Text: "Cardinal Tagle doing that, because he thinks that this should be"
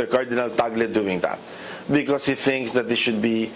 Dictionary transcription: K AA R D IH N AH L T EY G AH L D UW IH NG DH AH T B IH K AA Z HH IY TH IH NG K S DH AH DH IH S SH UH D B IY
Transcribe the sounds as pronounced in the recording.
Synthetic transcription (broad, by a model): K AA R D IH N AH L T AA G L D UW IH NG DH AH T B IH K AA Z HH IY TH IH NG K S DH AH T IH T SH UH D B IY